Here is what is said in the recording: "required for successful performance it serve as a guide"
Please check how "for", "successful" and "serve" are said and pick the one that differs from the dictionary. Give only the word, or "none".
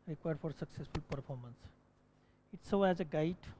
serve